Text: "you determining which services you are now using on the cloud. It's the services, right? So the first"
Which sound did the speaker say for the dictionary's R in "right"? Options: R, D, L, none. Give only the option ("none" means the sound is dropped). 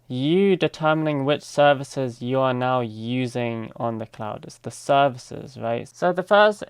R